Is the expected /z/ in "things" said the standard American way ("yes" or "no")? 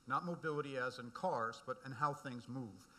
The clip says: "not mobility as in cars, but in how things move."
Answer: yes